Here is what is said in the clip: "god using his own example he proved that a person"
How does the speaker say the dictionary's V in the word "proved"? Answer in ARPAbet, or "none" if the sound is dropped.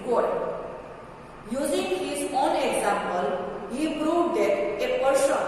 none